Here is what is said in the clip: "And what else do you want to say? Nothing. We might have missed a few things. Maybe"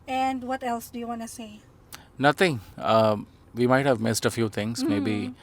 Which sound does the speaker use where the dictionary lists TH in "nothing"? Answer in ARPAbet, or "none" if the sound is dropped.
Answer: T